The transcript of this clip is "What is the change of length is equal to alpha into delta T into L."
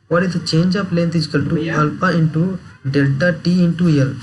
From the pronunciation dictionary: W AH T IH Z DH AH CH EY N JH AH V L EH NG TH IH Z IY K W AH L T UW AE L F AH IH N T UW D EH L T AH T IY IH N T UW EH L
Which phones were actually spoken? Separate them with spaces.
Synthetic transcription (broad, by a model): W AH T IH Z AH CH EY N JH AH P L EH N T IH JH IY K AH L T UW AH L P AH IH N T UW D EH L T AH T IY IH N T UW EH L